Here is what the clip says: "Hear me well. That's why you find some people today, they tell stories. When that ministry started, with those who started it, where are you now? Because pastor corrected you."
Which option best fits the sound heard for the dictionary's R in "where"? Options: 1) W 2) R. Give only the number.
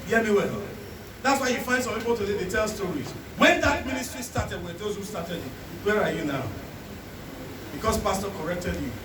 2